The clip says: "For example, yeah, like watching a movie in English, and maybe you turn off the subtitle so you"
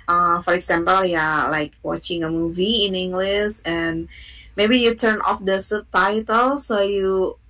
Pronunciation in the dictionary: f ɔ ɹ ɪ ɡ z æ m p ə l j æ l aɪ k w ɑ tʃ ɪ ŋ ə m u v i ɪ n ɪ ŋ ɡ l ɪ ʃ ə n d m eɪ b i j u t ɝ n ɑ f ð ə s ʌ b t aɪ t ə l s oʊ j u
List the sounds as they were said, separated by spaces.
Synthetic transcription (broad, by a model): f ɔ ɹ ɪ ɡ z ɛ m p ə l j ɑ l aɪ k w ɑ tʃ ɪ ŋ ə m u v i ɪ n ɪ ŋ ɡ l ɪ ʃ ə n m eɪ b i j u t ɝ n ɑ f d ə s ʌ t aɪ t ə l s oʊ j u